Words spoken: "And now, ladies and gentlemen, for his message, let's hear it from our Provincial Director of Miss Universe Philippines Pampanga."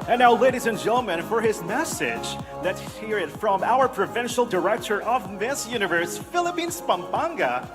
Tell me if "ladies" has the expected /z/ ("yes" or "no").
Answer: yes